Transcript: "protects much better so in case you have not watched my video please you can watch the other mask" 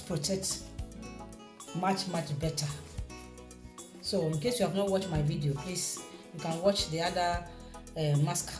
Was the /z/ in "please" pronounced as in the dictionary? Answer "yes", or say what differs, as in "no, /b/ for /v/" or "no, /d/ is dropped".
no, /s/ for /z/